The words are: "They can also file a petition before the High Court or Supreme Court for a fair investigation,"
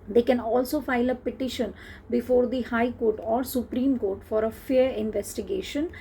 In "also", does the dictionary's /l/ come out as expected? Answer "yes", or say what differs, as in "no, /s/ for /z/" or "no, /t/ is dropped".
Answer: yes